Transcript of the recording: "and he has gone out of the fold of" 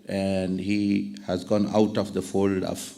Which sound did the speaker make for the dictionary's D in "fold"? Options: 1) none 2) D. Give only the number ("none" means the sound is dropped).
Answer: 2